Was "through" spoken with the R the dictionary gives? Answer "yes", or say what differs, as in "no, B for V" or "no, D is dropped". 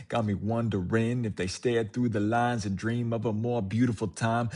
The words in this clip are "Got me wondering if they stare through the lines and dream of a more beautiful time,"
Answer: yes